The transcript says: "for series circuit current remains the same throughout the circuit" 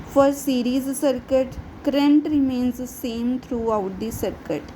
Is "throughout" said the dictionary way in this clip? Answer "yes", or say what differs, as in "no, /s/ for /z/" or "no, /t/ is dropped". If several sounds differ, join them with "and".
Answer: no, /t/ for /θ/